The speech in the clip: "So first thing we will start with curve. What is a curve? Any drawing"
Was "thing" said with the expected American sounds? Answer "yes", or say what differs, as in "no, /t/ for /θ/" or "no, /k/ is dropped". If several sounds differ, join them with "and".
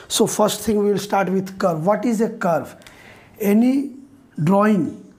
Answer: no, /t/ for /θ/